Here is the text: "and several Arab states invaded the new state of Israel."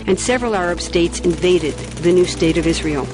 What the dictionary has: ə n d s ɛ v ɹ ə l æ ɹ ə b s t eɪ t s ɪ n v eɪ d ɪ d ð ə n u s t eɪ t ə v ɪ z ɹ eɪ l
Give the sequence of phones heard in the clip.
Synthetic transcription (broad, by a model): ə n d s ɛ v ɹ ə l æ ɹ ə b s t eɪ t s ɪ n v eɪ d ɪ d ð ə n u s t eɪ t ə v ɪ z ɹ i l